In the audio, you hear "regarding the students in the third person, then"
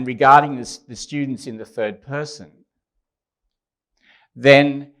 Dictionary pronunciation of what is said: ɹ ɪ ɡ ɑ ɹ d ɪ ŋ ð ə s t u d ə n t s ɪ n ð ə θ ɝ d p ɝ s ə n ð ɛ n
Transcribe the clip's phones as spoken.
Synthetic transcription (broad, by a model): ɹ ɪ ɡ ɑ ɹ d ɪ ŋ ð ə s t u d n t s ɪ n ð ə θ ɝ d p ɝ s ə n ð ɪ n